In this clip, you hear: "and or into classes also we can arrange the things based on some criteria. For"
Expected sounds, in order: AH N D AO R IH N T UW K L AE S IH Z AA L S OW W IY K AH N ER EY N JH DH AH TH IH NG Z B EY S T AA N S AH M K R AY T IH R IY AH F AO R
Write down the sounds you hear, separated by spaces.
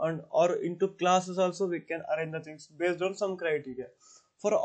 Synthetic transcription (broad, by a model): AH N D AO R IH N T UW K L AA S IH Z AA L S OW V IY K AH N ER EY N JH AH T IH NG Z B EY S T AA N S AH M K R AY T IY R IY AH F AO R